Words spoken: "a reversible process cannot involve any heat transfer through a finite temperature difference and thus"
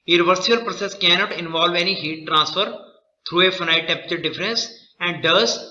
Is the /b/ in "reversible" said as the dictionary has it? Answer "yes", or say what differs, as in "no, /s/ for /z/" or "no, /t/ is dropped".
no, /b/ is dropped